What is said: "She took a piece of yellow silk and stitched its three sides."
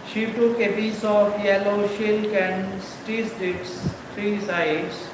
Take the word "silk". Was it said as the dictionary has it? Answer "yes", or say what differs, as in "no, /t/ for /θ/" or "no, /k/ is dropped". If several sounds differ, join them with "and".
no, /ʃ/ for /s/